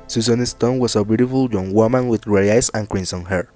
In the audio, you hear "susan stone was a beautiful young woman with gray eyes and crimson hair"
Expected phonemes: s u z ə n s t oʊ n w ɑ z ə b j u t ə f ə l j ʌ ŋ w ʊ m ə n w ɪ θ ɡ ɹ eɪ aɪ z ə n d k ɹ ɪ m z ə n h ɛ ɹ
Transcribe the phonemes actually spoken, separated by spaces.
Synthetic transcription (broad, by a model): s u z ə n s t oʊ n w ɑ s ə b j u t ə f ə l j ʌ ŋ w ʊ m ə n w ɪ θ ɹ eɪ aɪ s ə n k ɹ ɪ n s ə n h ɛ ɹ